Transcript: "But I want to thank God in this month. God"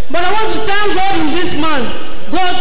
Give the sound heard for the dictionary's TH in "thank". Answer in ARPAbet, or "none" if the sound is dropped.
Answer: T